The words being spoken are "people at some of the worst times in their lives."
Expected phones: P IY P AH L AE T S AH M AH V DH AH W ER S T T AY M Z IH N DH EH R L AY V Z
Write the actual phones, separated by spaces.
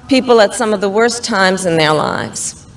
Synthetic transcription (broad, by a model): P IY P L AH T S AH M AH V DH AH W ER S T T AY M Z IH N DH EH R L AY V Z